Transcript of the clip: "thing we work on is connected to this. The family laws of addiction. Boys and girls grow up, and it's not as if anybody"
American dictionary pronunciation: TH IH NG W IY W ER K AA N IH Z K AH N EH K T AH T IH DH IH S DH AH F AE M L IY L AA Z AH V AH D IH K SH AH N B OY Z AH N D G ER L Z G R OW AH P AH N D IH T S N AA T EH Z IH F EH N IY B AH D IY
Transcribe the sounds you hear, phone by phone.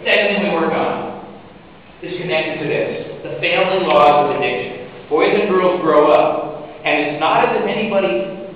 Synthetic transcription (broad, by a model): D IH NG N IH W ER K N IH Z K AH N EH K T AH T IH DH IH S DH AH F AE M L IY L AA Z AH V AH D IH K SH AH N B OY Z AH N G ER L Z G R OW AH P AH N IH T S N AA T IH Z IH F EH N IY B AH D IY